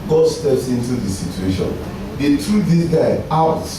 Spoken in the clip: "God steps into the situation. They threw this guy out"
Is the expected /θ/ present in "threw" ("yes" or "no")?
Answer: no